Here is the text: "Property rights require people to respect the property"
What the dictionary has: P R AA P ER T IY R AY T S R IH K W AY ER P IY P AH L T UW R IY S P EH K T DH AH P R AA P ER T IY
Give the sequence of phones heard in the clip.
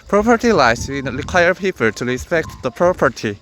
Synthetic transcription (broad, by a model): P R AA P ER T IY L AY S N R IH K W AY ER P IY P AH L T UW R IY S P EH K T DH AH P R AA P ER T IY